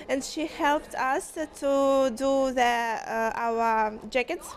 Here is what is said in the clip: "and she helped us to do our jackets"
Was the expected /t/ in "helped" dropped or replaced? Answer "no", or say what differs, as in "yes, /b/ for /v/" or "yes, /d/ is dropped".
no